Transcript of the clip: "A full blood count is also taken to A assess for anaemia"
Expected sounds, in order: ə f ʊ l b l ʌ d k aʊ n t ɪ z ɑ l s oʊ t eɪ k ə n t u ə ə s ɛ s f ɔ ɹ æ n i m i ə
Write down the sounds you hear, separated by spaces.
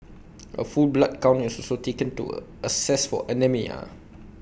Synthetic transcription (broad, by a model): ə f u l b l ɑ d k aʊ n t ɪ s ɑ l s oʊ t eɪ k ə n t u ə ə s ɛ s f ɔ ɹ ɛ n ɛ m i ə